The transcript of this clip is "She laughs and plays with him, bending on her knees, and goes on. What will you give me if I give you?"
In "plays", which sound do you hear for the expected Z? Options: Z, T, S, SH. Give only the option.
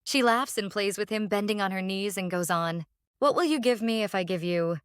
Z